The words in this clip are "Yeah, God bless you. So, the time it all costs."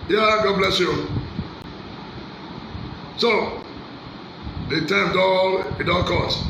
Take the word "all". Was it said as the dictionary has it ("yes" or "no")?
no